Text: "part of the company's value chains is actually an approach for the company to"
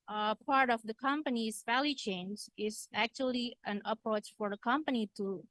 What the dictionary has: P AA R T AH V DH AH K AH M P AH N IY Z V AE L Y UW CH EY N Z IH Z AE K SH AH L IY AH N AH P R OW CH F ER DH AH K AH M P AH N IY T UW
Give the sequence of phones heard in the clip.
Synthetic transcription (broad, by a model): P AA R T AH V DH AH K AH M P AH N IY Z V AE L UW CH EY N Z IH Z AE K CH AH L IY AH N AH P R OW CH F ER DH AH K AH M P AH N IY T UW